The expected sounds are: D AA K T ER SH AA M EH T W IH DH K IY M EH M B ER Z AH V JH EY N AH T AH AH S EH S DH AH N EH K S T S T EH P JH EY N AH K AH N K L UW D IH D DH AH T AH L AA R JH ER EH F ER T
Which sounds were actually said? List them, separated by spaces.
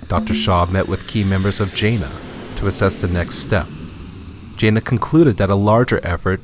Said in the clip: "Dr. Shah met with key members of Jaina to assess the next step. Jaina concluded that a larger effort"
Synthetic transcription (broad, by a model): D AA K T ER SH AA M EH T W IH DH K IY M EH M B ER Z AH V JH EY N AH T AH AH S EH S DH AH N EH K S T S T EH P JH EY N AH K N K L UW D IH D DH AH T AH L AA R JH ER EH F ER T